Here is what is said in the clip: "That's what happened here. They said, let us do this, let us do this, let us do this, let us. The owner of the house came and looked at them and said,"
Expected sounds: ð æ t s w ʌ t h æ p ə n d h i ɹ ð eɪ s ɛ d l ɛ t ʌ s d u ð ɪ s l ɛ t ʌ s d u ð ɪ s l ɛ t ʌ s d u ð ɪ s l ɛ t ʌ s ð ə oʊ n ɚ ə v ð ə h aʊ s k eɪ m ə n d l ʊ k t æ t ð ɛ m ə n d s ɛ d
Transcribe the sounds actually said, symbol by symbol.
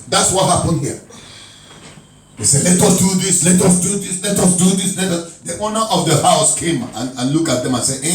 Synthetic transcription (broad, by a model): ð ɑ t s w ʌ t h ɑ p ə n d h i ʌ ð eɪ s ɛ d l ɛ t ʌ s d u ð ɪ s l ɛ t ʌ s d u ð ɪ s l ɛ t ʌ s d u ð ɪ s l ɛ t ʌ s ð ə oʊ n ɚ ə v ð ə h aʊ s k eɪ m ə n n l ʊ k ɑ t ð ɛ m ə n s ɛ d